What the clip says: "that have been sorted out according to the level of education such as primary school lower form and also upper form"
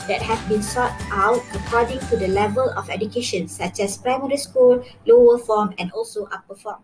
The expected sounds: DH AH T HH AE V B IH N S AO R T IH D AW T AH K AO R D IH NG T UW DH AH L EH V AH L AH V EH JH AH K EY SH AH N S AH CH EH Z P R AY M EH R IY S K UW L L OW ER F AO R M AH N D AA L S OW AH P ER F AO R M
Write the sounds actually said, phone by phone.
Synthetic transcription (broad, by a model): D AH T HH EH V B IH N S AO T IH UH T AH K AO D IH NG T UW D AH L EH V AH L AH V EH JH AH K EY SH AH N S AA CH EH S P R AY M EH R IY S K UW L L OW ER F AO M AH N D AA L S OW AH P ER F AO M